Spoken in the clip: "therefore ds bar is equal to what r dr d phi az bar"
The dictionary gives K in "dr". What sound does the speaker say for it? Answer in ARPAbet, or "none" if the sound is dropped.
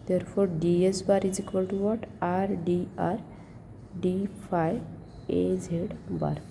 none